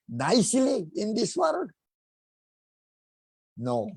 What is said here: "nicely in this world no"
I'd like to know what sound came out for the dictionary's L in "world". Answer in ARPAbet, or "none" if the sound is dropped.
none